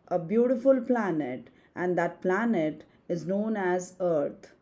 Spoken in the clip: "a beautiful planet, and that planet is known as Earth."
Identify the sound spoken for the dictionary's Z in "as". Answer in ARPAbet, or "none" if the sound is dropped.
Z